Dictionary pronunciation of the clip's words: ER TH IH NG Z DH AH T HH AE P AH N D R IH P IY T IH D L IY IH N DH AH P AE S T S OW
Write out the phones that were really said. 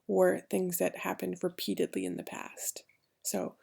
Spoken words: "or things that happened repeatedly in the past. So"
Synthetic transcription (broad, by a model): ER TH IH NG Z DH AH T HH AE P AH N D R IH P IY T IH D L IY IH N DH AH P AE S T S OW